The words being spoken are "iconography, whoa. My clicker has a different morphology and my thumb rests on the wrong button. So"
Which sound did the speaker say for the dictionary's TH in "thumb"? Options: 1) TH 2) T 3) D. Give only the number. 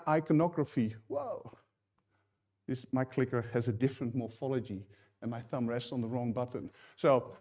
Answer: 1